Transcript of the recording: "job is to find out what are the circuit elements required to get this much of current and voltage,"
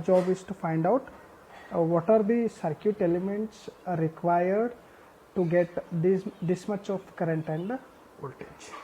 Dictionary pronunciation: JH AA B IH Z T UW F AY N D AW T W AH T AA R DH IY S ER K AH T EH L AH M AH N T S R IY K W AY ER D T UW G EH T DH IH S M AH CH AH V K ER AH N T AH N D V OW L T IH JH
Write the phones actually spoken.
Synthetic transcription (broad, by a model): JH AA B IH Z T UW F AY N D AW T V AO T AA R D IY S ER K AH T EH L AH M AH N T S R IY K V AY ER D T UW G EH T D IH S M AH CH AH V K ER AH N T AH N D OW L T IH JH